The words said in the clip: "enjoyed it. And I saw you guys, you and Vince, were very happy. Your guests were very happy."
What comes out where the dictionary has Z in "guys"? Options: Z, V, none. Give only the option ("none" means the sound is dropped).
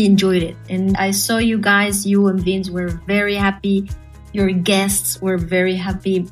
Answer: Z